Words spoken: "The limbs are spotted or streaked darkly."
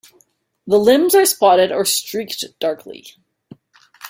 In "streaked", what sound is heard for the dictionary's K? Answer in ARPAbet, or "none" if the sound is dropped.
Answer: K